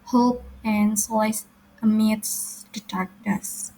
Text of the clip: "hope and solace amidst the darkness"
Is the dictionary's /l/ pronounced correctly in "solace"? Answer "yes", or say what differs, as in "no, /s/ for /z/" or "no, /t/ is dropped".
no, /l/ is dropped